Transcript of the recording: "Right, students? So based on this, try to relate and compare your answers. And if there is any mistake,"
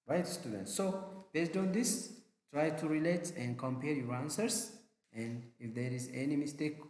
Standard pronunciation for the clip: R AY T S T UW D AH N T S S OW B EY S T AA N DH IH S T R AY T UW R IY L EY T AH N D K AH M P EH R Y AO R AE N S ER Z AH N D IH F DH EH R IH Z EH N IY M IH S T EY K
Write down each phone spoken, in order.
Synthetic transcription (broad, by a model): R AY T S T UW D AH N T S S OW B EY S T AA N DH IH S T R AY T UW R IY L EY T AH N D K AH M P EH R Y AO R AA N S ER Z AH N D IH F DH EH R IH Z EH N IY M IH S T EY K